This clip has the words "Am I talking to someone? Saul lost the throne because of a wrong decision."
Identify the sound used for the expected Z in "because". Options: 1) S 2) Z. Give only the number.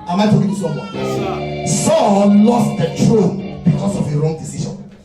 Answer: 1